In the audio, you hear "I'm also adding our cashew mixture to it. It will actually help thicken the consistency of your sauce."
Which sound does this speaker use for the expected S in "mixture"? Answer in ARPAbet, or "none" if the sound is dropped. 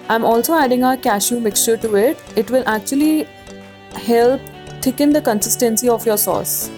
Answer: S